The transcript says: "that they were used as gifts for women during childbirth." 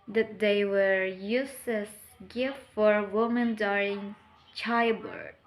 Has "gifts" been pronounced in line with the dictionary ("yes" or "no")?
no